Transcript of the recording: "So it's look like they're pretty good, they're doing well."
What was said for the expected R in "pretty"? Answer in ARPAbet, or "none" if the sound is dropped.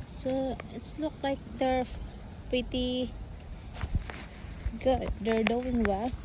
none